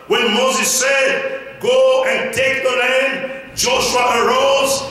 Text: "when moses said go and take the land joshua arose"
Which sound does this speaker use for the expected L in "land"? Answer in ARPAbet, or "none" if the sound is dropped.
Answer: N